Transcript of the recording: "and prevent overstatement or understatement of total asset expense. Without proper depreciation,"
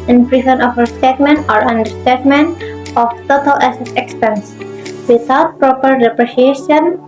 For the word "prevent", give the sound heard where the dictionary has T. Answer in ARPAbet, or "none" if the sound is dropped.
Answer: none